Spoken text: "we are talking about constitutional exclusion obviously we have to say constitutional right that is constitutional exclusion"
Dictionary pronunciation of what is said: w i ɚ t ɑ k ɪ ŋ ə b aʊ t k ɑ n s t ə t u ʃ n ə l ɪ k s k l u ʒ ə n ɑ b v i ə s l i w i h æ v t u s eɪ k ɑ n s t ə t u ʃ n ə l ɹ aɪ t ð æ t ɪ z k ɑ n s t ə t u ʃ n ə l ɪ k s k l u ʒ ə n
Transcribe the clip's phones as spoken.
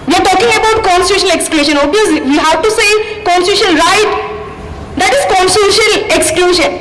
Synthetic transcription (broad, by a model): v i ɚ t ɑ k ɪ ŋ ə b aʊ t k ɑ n s t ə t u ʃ ə n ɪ k s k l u ʃ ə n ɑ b i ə s l i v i h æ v t u s eɪ k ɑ n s t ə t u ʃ ə n ɹ aɪ t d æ t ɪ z k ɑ n s t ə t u ʃ ə n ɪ k s k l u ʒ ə n